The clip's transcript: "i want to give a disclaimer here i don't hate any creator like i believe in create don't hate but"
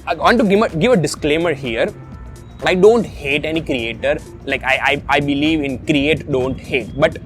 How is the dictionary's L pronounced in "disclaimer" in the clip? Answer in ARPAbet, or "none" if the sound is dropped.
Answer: L